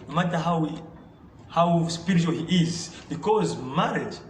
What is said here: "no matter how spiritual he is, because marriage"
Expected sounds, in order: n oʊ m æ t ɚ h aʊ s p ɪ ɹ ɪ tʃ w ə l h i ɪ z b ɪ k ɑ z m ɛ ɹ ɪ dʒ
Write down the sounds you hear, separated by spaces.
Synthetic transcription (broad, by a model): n oʊ m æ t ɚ h aʊ s p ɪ ɹ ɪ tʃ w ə l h i ɪ z b ɪ k ɑ z m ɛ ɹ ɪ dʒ